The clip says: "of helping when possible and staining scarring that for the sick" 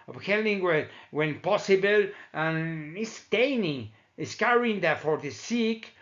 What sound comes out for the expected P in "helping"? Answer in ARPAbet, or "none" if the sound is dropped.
none